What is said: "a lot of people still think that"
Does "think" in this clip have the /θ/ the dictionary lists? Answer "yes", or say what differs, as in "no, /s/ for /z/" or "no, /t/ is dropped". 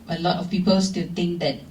no, /t/ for /θ/